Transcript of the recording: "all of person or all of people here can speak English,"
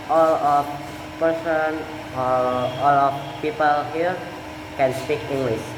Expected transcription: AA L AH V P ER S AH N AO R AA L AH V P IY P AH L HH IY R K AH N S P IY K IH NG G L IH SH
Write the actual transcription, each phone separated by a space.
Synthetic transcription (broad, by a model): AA L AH F P ER S AH N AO L AA L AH F P IY P AH L HH IY R K AH N S P IY K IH NG G L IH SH